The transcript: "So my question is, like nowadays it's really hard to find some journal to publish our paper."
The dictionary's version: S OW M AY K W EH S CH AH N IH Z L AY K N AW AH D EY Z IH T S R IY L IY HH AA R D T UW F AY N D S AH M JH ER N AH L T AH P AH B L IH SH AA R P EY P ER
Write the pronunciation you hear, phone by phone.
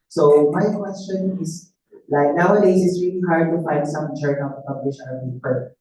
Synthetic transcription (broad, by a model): S OW M AY K W EH S CH AH N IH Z L AY K N AW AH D EY S IH T S R IY L IY HH AA R D T UW F AY N D S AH M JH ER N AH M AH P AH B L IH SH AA L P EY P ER